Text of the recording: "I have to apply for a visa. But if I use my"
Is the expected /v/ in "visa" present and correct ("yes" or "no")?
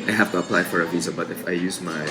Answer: yes